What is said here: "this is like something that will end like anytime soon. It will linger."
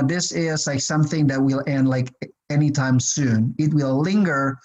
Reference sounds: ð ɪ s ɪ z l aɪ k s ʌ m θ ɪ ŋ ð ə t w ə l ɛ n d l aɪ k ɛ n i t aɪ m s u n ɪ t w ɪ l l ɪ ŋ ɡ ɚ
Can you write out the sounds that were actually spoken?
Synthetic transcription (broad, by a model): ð ɪ s ɪ z l aɪ k s ʌ m θ ɪ ŋ ð ə t w ə l ɛ n d l aɪ k ɛ n i t aɪ m s u n ɪ t w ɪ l l ɪ ŋ ɡ ɚ